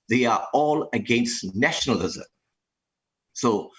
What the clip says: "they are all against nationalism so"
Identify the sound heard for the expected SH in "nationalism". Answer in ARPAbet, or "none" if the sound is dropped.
SH